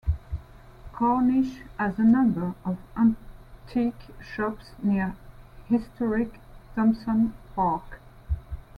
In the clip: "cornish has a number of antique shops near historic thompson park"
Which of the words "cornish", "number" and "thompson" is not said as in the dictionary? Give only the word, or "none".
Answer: thompson